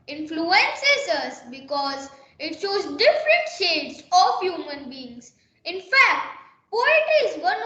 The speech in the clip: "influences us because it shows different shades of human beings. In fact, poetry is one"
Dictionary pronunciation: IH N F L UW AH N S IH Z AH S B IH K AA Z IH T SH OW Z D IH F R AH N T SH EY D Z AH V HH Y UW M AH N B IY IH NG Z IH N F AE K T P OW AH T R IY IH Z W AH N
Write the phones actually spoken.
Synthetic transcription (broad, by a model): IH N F L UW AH N S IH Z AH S B IH K AA Z IH T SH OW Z D IH F R AH N T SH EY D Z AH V HH Y UW M AH N B IY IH NG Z IH N F AE K T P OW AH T IY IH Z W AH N